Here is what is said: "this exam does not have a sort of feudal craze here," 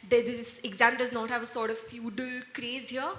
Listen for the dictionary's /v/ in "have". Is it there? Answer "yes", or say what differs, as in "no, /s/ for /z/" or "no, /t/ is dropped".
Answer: yes